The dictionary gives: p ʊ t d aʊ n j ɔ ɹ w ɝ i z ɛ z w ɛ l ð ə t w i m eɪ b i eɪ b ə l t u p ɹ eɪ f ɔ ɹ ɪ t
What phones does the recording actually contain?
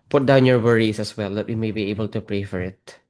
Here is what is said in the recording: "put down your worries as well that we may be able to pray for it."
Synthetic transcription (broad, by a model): p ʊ t d aʊ n j ɔ ɹ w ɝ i s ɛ s w ɛ l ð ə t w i m eɪ b i eɪ b ə l t u p ɹ eɪ f ɔ ɹ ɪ t